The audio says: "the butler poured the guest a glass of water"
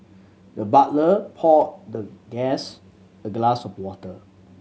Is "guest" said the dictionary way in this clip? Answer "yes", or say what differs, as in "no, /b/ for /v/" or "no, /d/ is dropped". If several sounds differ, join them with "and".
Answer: no, /t/ is dropped